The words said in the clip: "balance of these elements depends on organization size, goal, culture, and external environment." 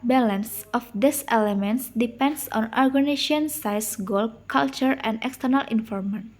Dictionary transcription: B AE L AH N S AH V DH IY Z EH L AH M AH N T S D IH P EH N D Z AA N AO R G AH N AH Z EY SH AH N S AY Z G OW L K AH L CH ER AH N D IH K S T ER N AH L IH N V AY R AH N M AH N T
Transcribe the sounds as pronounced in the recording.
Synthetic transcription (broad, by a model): B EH L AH N S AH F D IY S EH L AH M AH N T S D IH P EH N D S AA N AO R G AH N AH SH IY AH N S AY S G OW L K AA L CH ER AH N D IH K S T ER N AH L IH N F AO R M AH N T